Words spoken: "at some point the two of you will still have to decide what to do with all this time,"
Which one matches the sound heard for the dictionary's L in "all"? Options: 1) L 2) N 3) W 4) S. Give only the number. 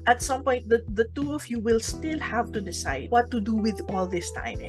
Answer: 1